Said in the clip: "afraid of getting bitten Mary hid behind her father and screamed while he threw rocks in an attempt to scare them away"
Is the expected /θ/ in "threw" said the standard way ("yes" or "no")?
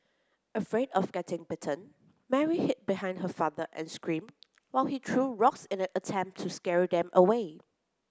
no